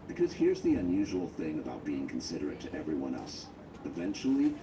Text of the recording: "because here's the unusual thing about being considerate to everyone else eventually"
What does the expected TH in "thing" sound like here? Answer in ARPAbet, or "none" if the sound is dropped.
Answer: TH